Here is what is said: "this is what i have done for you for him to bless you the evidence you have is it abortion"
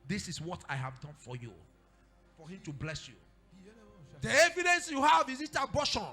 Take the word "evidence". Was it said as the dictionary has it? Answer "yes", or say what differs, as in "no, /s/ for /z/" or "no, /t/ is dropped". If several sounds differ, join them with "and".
yes